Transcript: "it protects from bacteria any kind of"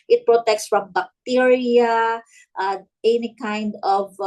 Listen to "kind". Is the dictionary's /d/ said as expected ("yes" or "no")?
yes